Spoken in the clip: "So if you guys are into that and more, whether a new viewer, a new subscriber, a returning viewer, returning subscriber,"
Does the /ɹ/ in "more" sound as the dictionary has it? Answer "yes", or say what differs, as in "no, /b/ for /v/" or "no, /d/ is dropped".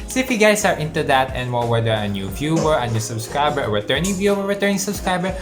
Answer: no, /l/ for /ɹ/